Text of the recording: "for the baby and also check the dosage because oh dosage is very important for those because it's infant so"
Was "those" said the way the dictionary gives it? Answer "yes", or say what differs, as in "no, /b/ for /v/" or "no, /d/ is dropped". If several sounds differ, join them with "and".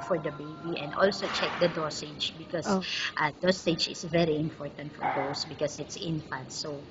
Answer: no, /s/ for /z/